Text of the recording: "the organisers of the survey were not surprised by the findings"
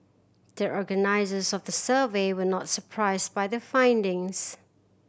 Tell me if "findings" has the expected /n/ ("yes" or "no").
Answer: yes